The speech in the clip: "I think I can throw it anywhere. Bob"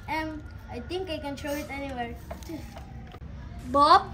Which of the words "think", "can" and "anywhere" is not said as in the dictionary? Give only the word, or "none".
think